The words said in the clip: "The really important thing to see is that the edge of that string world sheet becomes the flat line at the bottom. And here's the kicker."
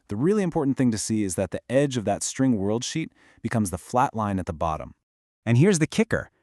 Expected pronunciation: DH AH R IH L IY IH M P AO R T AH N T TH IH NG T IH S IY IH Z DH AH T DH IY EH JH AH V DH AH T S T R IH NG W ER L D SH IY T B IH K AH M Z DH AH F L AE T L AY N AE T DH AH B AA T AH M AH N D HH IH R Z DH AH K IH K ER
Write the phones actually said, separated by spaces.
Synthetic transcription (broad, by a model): DH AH R IH L IY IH M P AO R T N TH IH NG T IH S IY IH Z DH AH T DH IY EH JH AH V DH AH T S T R IH NG W ER L D SH IY T B IH K AH M Z DH AH F L AE T L AY N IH T DH AH B AA T AH M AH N HH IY R Z DH AH K IH K ER